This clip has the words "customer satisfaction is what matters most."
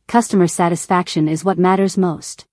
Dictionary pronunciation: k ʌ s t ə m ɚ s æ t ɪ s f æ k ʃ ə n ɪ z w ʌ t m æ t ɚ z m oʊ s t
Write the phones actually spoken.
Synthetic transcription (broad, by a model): k ʌ s t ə m ɚ s æ t ɪ s f æ k ʃ ə n ɪ z w ʌ t m æ t ɚ z m oʊ s t